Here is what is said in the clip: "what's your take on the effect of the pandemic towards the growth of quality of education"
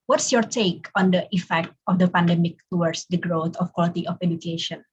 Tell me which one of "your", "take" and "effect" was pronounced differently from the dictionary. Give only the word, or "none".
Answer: none